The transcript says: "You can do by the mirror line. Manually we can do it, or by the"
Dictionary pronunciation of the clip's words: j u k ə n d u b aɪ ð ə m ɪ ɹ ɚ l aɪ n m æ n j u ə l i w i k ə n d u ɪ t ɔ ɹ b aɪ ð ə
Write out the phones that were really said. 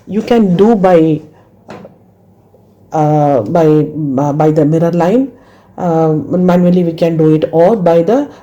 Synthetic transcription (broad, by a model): j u k ə n d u b aɪ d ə m ɪ ɹ ɚ l aɪ n m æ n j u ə l i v i k ə n d u ɪ t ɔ l b aɪ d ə